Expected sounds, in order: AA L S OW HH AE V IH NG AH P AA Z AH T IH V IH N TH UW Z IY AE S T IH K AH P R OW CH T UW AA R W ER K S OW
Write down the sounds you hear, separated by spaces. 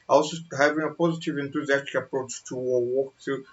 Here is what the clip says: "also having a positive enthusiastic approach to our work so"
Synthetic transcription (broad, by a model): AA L S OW HH AE V IH NG AH P AA Z AH T IH V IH N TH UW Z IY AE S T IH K AH P R OW CH T UW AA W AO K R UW